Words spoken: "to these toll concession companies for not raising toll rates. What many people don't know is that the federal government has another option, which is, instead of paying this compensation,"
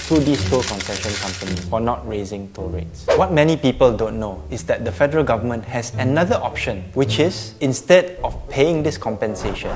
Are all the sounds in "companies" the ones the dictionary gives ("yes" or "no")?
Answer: no